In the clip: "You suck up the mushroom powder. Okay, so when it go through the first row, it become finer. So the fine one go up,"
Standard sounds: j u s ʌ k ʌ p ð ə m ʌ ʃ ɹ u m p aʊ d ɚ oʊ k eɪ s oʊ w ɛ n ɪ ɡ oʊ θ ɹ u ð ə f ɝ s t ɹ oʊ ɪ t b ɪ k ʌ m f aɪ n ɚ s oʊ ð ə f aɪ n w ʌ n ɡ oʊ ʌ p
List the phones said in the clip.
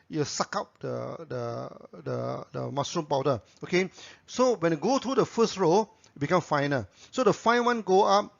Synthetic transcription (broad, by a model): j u s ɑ k ʌ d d ə m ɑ s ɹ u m p aʊ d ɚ oʊ k eɪ s oʊ w ɛ n ɪ ɡ oʊ t ɹ u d ə f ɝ s t ɹ oʊ ɪ t b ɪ k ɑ m f aɪ n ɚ s oʊ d ə f aɪ n w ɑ n ɡ oʊ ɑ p